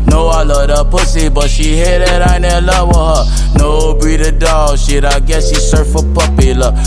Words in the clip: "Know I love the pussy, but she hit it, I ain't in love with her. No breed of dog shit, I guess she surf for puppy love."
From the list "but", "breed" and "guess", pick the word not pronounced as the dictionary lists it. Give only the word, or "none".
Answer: breed